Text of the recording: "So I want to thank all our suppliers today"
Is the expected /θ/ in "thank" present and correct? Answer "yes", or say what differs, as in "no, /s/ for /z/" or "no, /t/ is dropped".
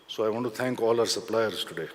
no, /t/ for /θ/